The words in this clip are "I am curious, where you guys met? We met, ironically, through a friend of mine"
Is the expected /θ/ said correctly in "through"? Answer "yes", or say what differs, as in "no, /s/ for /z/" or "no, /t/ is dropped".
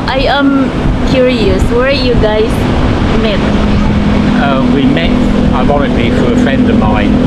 no, /f/ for /θ/